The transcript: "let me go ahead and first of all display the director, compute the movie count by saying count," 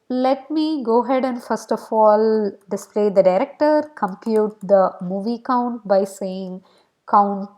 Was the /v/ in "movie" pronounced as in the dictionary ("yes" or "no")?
yes